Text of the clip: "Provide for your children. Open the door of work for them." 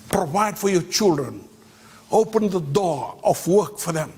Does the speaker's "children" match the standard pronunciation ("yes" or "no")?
yes